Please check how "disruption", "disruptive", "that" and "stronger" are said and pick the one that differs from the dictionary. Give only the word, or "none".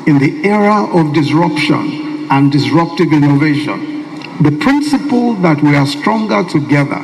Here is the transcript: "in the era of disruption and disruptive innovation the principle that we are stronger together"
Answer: none